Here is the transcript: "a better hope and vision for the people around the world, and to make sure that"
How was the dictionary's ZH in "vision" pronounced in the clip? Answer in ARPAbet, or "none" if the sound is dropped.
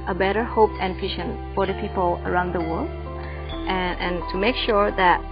SH